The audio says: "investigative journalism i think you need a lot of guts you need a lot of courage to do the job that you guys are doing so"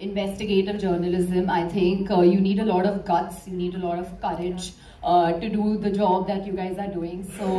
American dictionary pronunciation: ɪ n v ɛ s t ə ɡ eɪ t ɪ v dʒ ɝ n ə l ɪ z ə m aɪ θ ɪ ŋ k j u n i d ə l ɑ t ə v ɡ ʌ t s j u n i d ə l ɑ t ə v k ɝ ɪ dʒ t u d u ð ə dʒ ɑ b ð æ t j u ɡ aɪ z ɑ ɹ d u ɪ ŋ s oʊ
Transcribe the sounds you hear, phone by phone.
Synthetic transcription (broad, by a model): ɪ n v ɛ s t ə ɡ eɪ t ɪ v dʒ ɝ n ə l ɪ z ə m aɪ t ɪ ŋ k j u n i d ə l ɑ t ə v ɡ ʌ t s j u n i d ə l ɑ t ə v k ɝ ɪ dʒ t u d u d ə dʒ ɑ b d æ t j u ɡ aɪ z ɑ ɹ d u ɪ ŋ s oʊ